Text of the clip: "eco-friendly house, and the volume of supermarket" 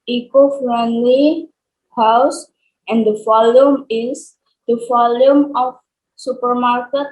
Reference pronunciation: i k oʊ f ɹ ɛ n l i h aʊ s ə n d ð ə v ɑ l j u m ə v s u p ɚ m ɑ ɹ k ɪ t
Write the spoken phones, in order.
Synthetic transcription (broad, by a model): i k oʊ f ɹ ɛ n l i h aʊ s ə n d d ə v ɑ l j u m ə f s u p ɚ m ɑ ɹ k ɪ t